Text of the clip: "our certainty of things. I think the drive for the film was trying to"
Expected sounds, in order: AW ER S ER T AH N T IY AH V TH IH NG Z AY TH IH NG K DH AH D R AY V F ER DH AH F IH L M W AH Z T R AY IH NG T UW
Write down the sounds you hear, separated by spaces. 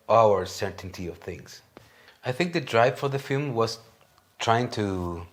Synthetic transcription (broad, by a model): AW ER S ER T N T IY AH V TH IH NG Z AY TH IH NG K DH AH D R AY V F ER DH AH F IH L M W AH Z T R AY IH NG T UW